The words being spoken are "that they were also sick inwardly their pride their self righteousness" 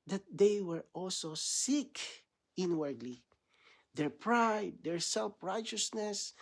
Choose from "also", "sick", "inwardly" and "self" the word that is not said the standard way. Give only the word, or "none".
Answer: none